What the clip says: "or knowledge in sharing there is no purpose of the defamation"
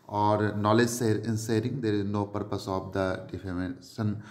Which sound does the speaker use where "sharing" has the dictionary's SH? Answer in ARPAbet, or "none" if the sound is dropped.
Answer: S